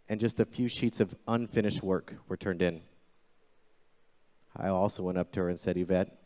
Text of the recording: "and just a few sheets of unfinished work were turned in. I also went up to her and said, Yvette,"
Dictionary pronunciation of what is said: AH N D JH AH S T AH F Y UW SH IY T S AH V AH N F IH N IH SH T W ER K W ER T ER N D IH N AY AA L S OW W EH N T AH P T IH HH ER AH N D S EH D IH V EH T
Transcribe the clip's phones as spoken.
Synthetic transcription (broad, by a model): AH N JH AH S T AH F Y UW SH IY T S AH V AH N F IH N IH SH T W ER K W ER T ER N D IH N AY AA L S OW W EH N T AH P T IH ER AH N S EH D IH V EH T